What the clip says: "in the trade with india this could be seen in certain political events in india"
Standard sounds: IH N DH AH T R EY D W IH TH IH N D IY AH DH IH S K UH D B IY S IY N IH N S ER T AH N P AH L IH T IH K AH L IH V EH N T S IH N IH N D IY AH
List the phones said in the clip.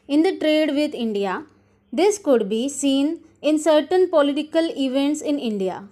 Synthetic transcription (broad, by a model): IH N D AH T R EY D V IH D IH N D IY AH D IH S K UH D B IY S IY N IH N S ER T AH N P AH L IH T IH K AH L IH V EH N T S IH N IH N D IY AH